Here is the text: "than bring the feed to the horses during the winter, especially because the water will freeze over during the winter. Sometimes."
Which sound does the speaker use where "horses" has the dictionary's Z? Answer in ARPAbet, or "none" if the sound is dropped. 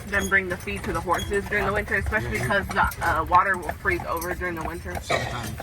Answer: Z